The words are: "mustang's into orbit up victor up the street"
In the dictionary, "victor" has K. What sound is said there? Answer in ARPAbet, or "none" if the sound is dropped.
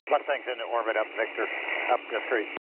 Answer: K